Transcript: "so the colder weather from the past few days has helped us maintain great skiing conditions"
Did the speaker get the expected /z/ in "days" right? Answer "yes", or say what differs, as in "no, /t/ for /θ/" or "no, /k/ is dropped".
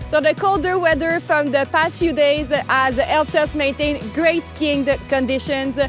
yes